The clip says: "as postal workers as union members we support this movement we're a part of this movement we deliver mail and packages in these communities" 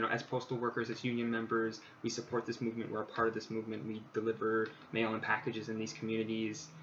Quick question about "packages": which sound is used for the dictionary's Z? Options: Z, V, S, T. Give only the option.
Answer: Z